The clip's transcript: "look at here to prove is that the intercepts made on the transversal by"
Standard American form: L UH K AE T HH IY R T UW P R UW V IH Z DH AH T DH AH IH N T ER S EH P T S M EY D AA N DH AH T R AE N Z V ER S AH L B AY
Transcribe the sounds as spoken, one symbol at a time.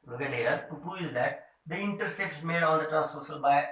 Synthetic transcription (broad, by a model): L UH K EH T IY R T UW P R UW IH Z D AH T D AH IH N T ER S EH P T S M EY D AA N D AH T R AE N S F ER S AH L B AY